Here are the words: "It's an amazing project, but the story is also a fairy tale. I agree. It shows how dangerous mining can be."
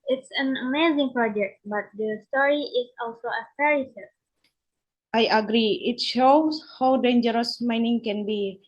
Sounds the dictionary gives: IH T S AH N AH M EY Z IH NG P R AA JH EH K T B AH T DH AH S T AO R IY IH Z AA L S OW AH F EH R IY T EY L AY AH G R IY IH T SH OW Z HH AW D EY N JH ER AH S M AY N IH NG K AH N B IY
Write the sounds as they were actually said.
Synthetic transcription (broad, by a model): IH T S AH N AH M EY Z IH NG P R AA JH EH K T B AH T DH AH S T AO R IY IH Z AA L S OW AH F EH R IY S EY AY AH G R IY IH T SH OW S HH AW D EY N JH ER AH S M AY N IH NG K AH N B IY